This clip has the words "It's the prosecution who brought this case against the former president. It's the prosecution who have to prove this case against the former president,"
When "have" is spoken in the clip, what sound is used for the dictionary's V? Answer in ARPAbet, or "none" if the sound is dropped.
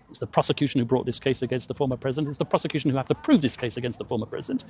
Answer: F